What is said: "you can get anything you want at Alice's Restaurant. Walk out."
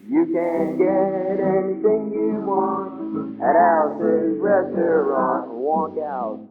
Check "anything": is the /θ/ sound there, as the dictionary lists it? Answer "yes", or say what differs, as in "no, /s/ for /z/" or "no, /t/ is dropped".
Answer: yes